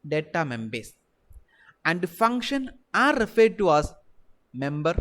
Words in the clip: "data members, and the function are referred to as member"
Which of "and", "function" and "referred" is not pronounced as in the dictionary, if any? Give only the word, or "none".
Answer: none